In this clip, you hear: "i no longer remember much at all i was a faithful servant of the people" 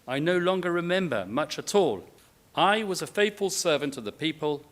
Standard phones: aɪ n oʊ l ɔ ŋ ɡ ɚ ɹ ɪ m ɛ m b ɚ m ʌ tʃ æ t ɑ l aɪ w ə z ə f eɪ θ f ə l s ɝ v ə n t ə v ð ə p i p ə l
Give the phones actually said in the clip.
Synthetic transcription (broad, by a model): aɪ n oʊ l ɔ ŋ ɡ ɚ ɹ ɪ m ɛ m b ɚ m ʌ tʃ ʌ t ɑ l aɪ w ə z ə f eɪ θ f ə l s ɝ v ə n t ə v ð ə p i p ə l